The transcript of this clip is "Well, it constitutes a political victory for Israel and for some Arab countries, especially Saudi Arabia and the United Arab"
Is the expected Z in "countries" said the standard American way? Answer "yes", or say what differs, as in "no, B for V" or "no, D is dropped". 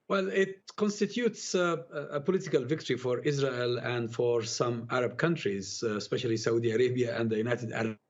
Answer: yes